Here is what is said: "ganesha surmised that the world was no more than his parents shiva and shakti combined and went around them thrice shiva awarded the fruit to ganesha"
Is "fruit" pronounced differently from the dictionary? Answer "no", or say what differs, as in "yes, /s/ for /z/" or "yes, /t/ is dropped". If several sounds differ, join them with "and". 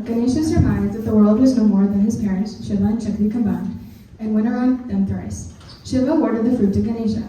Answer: no